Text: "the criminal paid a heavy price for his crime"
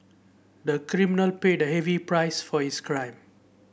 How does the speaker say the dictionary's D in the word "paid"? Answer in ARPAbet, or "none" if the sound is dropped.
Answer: D